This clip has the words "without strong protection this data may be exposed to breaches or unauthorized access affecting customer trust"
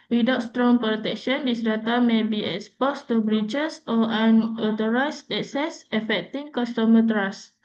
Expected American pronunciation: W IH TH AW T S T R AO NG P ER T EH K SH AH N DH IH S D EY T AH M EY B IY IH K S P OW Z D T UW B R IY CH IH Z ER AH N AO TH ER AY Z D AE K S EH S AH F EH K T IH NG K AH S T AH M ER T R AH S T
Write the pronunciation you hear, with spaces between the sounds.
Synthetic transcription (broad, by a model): W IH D AW T S T R AO NG P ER T EH K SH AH N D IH S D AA T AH M EY B IY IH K S P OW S T UW B R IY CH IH S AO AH N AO T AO AY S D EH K S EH S AH F EH K T IH NG K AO S T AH M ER T R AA S